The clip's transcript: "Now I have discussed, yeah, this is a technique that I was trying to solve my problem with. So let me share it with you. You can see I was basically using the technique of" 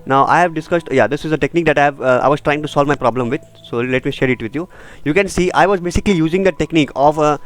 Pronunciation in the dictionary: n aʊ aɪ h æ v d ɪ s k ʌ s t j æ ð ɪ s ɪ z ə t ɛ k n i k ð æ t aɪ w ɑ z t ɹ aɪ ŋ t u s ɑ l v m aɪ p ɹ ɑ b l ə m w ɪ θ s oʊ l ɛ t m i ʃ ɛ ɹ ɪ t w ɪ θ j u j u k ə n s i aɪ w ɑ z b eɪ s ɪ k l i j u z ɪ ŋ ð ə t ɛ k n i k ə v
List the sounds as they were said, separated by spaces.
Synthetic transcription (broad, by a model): n aʊ aɪ h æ v d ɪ s k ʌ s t j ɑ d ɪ s ɪ z ə t ɛ k n i k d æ t aɪ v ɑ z t ɹ aɪ ŋ t u s ɑ l v m aɪ p ɹ ɑ b l ə m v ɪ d s oʊ l ɛ t m i ʃ ɛ ɹ ɪ t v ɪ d j u j u k ə n s i aɪ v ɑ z b eɪ s ɪ k l i j u z ɪ ŋ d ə t ɛ k n i k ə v